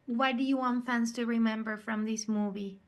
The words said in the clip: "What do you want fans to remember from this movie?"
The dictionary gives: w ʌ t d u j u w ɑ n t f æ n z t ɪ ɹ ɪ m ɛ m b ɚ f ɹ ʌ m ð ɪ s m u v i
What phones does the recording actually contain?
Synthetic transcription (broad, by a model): w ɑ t d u j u w ɑ n t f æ n s t ɪ ɹ ɪ m ɛ m b ɚ f ɹ ʌ m ð ɪ s m u v i